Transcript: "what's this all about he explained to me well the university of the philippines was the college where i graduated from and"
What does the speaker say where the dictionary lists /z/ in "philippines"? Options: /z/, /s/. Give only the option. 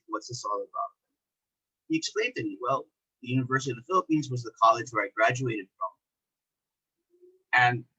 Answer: /z/